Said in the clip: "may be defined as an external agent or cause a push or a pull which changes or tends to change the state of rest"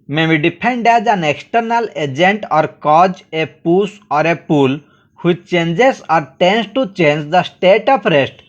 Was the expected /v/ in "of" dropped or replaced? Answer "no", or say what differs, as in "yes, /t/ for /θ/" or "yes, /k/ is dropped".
yes, /p/ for /v/